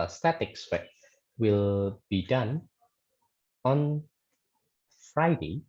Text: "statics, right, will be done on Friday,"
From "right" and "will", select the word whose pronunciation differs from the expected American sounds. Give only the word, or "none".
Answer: right